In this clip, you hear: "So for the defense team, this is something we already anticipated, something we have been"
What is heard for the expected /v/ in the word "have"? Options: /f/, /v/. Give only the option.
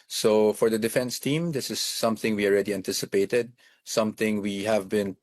/v/